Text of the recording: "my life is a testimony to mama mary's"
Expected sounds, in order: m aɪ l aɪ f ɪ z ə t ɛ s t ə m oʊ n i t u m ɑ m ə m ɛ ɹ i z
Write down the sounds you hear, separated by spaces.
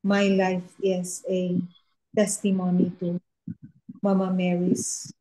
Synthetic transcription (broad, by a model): m aɪ l aɪ f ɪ s ə t ɛ s t ə m oʊ n i t u m ɑ m ə m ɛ ɹ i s